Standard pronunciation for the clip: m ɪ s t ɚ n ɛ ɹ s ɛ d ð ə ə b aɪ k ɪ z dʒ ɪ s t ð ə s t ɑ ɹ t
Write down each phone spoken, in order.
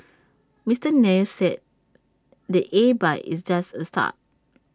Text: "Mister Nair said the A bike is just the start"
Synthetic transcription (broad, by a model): m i s t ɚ n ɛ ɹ s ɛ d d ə ə b aɪ ɪ s dʒ ɪ s t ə s t ɑ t